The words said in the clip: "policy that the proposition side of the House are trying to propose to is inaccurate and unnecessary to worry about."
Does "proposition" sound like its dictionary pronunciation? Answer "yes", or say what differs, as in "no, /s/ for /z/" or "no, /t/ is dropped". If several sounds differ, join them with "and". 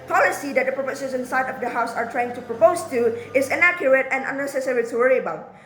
no, /s/ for /z/ and /s/ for /ʃ/